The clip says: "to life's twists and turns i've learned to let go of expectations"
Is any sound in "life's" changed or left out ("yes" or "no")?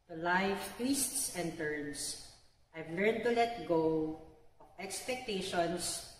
yes